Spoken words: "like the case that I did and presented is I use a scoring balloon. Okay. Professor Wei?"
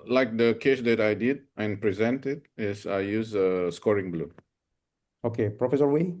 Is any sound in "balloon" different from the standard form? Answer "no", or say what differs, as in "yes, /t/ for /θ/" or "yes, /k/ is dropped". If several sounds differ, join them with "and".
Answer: yes, /n/ is dropped